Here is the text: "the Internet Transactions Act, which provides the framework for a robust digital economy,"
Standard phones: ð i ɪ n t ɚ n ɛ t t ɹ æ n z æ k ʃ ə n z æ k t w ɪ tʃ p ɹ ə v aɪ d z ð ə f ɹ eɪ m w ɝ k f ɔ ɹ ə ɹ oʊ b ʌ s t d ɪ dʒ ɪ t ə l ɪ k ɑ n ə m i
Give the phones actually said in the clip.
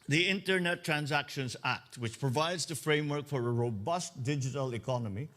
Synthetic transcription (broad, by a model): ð i ɪ n t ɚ n ɛ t t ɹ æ n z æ k ʃ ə n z æ k t w ɪ tʃ p ɹ ə v aɪ d z ð ə f ɹ eɪ m w ɝ k f ɔ ɹ ə ɹ oʊ b ʌ s t d ɪ dʒ ɪ t ə l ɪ k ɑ n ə m i